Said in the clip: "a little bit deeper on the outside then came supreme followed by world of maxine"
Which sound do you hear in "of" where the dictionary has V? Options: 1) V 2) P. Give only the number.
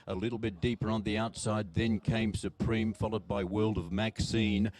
1